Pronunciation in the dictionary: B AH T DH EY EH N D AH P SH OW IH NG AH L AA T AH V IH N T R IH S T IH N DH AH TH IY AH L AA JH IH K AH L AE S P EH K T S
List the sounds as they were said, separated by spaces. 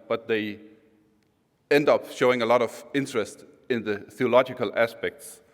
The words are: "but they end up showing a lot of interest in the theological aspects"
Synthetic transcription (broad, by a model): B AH T DH EY EH N D AH P SH OW IH NG AH L AA T AH V IH N T R IH S T IH N DH AH TH IY AH L AA JH IH K AH L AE S P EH K T S